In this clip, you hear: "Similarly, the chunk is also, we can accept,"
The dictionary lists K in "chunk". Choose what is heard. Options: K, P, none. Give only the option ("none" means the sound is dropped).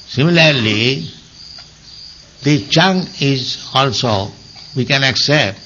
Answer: none